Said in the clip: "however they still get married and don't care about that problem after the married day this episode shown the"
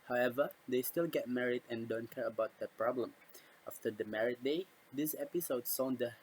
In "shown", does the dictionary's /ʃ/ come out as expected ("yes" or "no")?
no